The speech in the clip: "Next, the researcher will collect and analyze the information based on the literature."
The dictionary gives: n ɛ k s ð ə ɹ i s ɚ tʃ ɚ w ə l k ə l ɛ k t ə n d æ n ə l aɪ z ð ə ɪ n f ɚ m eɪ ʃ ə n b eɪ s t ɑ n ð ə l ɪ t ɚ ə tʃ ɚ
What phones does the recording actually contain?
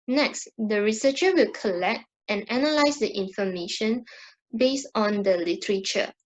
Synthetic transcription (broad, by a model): n ɛ k s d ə ɹ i s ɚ tʃ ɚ w ə l k ə l ɛ k t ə n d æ n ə l aɪ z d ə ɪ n f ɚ m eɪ ʃ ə n b eɪ s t ɑ n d ə l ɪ t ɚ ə tʃ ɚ